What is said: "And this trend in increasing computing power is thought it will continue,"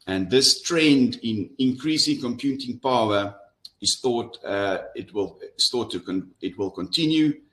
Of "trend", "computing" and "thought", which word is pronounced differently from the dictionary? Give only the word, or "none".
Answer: none